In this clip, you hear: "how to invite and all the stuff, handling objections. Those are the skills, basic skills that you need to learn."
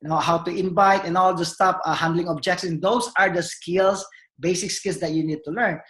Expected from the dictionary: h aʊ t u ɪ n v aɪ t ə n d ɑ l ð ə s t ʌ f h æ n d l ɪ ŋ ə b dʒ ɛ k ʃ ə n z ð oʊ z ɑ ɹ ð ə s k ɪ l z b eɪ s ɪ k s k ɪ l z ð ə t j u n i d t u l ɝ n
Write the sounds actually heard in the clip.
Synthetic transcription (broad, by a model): h aʊ t u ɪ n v aɪ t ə n ɑ l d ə s t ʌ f h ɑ n d l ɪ ŋ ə b dʒ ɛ k s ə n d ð oʊ s ɑ ɹ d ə s k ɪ l s b eɪ s ɪ k s k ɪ l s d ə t j u n i d t u l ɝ n